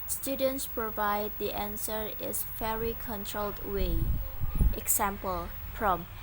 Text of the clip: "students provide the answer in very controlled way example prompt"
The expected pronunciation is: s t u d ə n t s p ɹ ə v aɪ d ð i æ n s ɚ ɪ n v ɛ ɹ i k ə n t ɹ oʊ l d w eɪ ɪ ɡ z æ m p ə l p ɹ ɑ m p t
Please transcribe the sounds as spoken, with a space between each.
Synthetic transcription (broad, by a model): s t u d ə n t s p ɹ ə v aɪ d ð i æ n s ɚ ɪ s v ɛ ɹ i k ə n t ɹ oʊ l d w eɪ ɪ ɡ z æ m p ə l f ɹ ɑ m